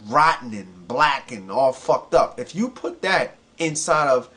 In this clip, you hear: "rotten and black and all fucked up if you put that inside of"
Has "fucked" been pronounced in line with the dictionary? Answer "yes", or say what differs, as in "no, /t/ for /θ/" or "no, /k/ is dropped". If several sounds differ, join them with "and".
yes